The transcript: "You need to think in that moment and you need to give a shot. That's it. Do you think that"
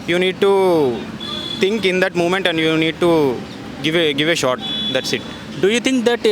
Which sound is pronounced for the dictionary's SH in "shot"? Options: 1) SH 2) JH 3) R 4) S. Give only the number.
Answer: 1